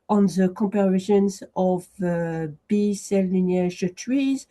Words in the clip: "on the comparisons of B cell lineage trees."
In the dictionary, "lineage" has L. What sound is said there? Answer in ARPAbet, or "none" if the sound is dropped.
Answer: N